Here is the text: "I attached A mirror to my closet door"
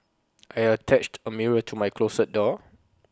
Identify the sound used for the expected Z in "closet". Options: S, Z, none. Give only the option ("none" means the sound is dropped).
S